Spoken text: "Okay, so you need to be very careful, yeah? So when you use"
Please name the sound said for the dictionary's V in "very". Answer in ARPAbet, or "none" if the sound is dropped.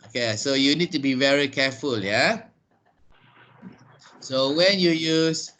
V